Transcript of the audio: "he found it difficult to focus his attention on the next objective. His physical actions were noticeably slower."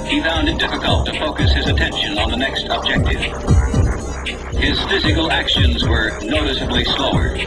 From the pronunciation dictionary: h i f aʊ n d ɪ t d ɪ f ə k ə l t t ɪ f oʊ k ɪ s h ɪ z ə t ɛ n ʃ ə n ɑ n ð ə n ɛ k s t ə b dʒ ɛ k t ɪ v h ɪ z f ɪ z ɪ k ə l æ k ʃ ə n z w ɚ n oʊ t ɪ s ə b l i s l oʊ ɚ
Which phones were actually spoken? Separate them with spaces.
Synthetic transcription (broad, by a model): h i f aʊ n d ɪ t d ɪ f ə k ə l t t ɪ f oʊ k ɪ s h ɪ z ə t ɛ n ʃ ə n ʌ n ð ə n ɛ k s t ə b dʒ ɛ k t ɪ v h ɪ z f ɪ z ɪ k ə l æ k ʃ ə n z w ɚ n oʊ t ɪ s ə b l i s l oʊ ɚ